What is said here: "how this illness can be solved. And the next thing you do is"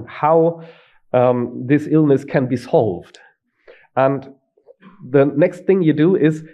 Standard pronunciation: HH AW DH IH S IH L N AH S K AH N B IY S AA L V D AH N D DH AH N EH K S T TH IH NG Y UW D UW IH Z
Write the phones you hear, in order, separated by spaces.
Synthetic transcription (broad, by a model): HH AW DH IH S IH L N AH S K AH N B IY S AA L V D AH N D DH AH N EH K S T TH IH NG Y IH D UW IH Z